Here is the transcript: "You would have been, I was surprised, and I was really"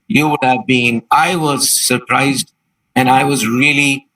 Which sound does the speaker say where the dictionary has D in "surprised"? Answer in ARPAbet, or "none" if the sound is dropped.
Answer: D